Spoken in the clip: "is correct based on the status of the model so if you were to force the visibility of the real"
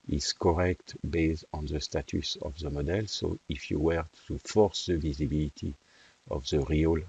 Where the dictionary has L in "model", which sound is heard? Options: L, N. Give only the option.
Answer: L